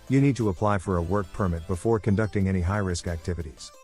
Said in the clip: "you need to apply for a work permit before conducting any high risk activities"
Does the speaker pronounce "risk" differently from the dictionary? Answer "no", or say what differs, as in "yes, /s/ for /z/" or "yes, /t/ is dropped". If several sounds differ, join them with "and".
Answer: no